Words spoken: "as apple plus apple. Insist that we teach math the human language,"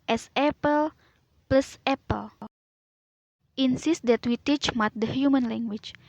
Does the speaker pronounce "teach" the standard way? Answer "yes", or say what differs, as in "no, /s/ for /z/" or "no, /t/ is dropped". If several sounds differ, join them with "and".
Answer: yes